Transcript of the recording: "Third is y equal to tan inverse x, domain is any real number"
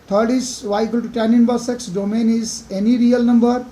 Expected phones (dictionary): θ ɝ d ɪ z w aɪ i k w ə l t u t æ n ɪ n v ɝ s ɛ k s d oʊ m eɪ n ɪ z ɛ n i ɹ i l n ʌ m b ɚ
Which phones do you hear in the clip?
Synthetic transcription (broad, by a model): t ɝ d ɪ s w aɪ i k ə l t u t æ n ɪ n b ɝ s ɛ k s d oʊ m eɪ n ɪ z ɛ n i ɹ i l n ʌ m b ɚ